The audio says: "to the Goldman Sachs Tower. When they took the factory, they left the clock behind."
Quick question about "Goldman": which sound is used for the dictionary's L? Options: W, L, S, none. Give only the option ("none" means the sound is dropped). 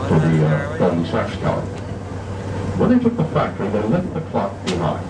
none